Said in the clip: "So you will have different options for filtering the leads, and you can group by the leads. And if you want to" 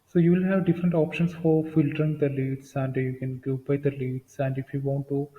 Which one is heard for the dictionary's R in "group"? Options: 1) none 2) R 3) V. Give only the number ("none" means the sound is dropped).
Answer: 1